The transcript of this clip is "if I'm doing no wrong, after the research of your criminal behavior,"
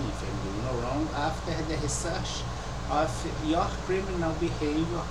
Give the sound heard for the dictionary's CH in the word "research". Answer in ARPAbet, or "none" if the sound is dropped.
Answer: SH